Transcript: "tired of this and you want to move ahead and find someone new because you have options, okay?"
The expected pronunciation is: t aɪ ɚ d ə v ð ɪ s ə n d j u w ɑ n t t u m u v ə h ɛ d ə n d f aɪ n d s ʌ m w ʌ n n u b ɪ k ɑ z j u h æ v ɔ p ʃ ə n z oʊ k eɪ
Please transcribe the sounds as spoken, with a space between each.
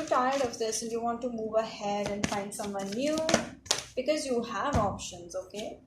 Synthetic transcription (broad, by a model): t aɪ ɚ d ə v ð ɪ s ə n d j u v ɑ n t t u m u v ə h ɛ d ə n d f aɪ n d s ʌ m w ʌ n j u b ɪ k ɑ z j u h æ v ɔ p ʃ ə n z oʊ k eɪ